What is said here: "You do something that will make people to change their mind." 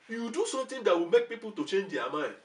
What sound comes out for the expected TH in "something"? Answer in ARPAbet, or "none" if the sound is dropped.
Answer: T